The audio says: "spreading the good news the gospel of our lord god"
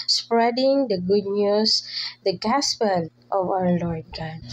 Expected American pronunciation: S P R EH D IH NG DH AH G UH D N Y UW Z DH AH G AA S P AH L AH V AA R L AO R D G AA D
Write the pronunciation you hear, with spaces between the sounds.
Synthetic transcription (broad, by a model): S P R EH D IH NG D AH G UH D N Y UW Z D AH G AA S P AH N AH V AA R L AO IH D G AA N